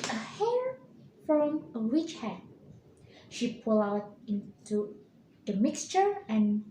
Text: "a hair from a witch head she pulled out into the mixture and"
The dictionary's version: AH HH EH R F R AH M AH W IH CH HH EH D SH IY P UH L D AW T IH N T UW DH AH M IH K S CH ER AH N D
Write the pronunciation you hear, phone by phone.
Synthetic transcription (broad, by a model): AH HH EH R F R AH M AH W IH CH HH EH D SH IY P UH L AW T IH N T UW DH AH M IH K S CH ER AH N